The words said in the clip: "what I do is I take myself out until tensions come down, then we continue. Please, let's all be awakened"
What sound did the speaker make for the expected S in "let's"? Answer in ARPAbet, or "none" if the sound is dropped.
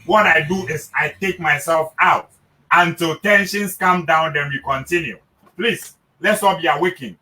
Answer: S